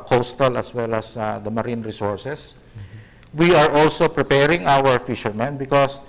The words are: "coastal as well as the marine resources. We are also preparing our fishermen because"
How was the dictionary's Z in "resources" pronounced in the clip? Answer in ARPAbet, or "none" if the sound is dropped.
S